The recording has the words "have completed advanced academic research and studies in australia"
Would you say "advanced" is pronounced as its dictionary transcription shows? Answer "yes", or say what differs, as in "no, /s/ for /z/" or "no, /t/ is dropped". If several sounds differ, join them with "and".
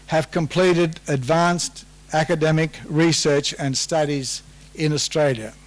yes